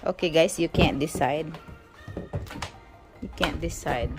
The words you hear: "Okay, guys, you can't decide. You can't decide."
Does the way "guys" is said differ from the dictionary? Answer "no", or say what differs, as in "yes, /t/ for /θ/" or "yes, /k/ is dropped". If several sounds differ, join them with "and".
yes, /s/ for /z/